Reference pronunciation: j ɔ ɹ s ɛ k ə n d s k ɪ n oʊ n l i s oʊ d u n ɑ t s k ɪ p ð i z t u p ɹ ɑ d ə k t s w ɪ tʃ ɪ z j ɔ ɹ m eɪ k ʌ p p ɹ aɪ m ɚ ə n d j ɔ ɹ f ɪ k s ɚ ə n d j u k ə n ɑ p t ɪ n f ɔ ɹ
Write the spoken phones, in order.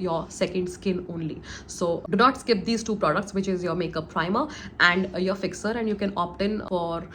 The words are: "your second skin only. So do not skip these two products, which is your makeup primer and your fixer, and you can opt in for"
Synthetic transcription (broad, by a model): j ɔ ɹ s ɛ k ə n d s k ɪ n oʊ n l i s oʊ d u n ɑ t s k ɪ p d i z t u p ɹ ɑ d ə k t s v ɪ tʃ ɪ z j ɔ ɹ m eɪ k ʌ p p ɹ aɪ m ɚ ə n d j ɔ ɹ f ɪ k s ɚ ə n d j u k ə n ɑ p t ɪ n f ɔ ɹ